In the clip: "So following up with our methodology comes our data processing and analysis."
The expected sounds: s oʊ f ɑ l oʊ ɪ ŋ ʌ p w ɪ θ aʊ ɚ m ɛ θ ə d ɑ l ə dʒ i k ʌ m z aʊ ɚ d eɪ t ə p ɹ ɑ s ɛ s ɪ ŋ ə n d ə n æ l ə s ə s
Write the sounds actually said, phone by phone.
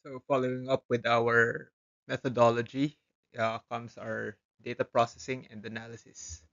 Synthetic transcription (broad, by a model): oʊ f ɑ l oʊ ɪ ŋ ʌ p w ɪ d aʊ ɚ m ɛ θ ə d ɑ l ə dʒ i k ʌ m s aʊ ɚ d eɪ t ə p ɹ ɑ s ɛ s ɪ ŋ ə n d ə n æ l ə s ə s